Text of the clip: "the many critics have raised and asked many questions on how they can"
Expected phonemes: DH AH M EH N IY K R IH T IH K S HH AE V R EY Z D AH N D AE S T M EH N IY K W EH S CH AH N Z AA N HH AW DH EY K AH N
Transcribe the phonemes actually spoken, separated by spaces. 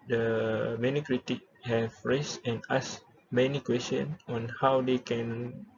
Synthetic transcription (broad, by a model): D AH M EH N IY K R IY T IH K HH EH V R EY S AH N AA S M EH N IY K W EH S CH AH N AA N HH AW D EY K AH N